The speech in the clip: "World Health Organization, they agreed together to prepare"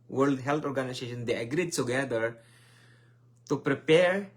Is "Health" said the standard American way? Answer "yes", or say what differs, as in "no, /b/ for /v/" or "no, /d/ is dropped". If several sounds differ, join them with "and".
no, /t/ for /θ/